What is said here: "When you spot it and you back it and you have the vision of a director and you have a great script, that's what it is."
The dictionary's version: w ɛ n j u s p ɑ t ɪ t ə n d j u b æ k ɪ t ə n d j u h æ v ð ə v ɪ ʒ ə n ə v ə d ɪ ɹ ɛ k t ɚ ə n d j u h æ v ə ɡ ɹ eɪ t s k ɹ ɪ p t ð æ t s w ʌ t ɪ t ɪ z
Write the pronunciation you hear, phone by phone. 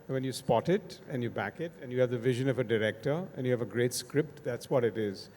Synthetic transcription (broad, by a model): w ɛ n j u s p ɑ t ɪ t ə n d j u b æ k ɪ t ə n j u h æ v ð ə v ɪ ʒ ə n ə v ə d ɪ ɹ ɛ k t ɚ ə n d j u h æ v ə ɡ ɹ eɪ t s k ɹ ɪ p t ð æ t s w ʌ t ɪ t ɪ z